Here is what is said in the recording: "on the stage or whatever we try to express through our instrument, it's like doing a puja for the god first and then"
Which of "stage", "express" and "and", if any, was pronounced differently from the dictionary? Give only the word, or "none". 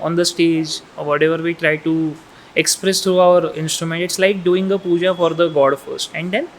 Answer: none